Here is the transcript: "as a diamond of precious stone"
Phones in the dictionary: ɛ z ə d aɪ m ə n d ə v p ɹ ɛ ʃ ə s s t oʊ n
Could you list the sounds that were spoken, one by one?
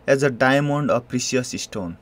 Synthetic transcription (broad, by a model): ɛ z ə d aɪ m ə n d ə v p ɹ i s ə s s t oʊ n